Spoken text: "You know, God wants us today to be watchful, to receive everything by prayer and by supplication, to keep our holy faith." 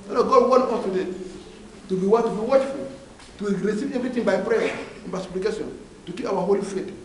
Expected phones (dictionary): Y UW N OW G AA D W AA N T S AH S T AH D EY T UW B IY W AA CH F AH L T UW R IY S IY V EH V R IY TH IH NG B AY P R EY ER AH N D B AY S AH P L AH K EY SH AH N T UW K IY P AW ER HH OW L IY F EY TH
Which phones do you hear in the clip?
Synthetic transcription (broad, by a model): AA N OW G AA D W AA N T AH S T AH D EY T UW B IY W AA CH F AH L T UW R IY S IY V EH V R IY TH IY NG B AY P R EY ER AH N B AY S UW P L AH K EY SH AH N T UW K IY P AW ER HH OW L IY F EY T